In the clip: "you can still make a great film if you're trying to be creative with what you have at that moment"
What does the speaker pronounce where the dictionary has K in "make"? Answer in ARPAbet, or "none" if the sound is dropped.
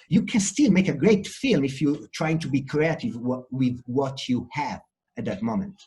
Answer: K